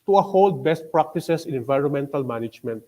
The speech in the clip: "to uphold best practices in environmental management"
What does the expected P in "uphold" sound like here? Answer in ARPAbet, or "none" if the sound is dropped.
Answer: none